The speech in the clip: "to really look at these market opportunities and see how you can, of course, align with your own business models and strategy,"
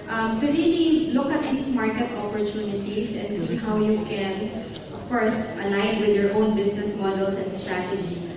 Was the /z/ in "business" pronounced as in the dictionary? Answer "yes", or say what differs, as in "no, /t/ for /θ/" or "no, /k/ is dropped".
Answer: no, /s/ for /z/